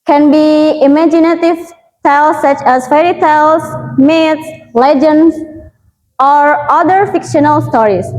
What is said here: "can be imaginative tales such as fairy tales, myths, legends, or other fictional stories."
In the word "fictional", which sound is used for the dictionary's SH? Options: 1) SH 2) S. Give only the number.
1